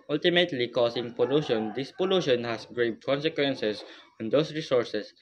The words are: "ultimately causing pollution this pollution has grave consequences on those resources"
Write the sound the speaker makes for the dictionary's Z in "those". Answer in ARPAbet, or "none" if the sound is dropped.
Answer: S